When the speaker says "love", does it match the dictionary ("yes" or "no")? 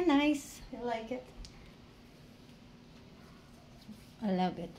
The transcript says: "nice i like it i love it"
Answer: no